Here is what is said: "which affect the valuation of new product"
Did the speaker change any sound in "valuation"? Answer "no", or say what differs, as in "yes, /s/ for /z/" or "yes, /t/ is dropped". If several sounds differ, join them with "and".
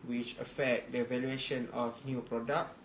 no